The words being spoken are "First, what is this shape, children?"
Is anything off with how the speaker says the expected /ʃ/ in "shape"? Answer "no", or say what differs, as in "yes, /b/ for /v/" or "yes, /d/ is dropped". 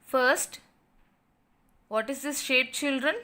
no